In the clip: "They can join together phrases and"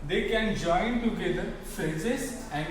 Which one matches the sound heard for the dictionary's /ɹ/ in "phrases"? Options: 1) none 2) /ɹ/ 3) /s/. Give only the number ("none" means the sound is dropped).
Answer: 1